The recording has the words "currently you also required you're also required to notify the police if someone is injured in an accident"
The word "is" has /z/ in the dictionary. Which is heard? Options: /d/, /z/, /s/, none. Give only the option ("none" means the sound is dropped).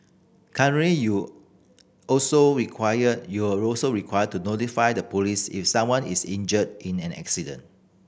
/s/